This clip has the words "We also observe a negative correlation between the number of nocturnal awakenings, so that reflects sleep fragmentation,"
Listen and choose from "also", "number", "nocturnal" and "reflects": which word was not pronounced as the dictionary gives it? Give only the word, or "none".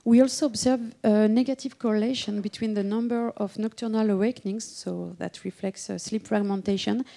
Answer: none